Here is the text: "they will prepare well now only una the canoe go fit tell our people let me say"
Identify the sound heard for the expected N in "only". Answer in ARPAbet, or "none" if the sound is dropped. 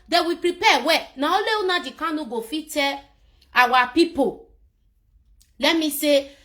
none